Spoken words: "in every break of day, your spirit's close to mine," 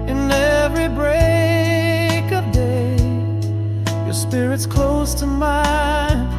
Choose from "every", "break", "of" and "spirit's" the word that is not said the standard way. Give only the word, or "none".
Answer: none